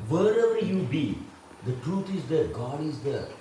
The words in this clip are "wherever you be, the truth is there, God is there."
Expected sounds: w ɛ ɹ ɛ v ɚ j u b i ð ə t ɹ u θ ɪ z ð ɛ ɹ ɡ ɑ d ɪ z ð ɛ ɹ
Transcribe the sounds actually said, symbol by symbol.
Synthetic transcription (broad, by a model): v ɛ ɹ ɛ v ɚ j u b i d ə t ɹ u t ɪ z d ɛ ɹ ɡ ɑ d ɪ z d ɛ ɹ